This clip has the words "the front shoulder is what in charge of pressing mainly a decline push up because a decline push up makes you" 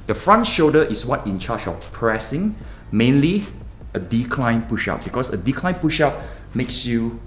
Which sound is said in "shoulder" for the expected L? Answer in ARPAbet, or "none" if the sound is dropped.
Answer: none